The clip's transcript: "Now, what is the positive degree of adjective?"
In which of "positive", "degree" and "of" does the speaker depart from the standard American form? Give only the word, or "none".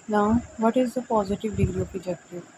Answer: of